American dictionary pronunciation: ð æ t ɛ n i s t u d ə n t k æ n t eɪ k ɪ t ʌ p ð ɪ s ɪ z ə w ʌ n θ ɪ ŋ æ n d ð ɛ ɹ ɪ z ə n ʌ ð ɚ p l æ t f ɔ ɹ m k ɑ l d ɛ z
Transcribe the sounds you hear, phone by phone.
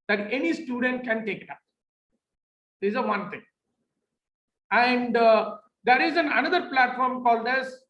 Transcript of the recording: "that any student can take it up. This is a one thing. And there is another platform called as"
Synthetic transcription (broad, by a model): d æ t ɛ n i s t u d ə n t k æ n t eɪ k ɪ t ʌ p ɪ ɪ z ə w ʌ n t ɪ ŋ æ n d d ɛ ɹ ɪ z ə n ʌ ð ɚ p l æ t f ɔ ɹ m k ɑ l d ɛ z